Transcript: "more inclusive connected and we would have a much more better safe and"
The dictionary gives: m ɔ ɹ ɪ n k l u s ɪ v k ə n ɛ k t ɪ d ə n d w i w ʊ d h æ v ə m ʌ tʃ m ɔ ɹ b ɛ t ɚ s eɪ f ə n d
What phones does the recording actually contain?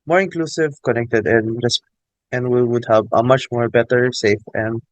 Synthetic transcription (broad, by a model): m ɔ ɹ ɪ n k l u s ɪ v k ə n ɛ k t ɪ d ə n d w i w ʊ d h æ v ə m ʌ tʃ m ɔ ɹ b ɛ t ɚ s eɪ f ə n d